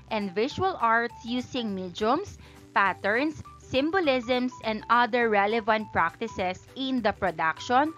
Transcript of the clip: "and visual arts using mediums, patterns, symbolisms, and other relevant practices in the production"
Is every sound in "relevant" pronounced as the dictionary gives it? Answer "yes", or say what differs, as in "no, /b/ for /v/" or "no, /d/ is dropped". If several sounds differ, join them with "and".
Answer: yes